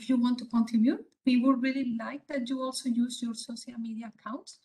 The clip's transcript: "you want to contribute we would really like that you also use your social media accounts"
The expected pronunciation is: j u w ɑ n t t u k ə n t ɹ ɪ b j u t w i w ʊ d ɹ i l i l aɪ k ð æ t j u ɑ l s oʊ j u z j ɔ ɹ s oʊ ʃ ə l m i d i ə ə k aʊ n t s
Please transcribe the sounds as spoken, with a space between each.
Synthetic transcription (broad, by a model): j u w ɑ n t t u k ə n t ɪ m j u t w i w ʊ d ɹ i l i l aɪ k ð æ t j u ɑ l s oʊ j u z j ɔ ɹ s oʊ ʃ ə l m i d i ə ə k aʊ n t s